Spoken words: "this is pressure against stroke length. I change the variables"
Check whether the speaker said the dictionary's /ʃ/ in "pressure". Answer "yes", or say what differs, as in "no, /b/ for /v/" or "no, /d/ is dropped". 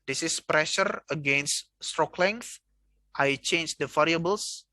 yes